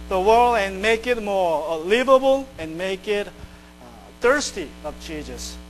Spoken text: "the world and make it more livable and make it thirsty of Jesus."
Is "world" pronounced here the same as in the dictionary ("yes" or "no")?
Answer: yes